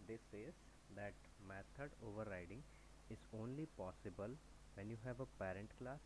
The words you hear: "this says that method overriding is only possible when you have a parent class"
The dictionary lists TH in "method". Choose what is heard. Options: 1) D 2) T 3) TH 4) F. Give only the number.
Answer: 2